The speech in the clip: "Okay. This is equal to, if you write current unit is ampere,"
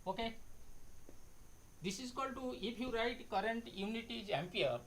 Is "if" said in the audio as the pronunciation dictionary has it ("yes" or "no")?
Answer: no